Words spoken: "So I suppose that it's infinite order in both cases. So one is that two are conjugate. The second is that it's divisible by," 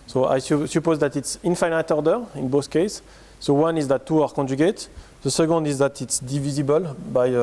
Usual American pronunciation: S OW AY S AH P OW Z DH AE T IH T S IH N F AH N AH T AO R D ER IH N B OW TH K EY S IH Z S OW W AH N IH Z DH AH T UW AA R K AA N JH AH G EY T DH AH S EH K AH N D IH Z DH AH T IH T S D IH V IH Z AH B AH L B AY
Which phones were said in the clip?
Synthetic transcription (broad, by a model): S OW AY S AH P OW Z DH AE T IH T S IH N F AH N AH T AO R D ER IH N B OW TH K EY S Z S OW W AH N IH Z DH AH T UW AA R K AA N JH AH G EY T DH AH S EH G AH N D IH Z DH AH T IH T S D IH V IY Z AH B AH L B AY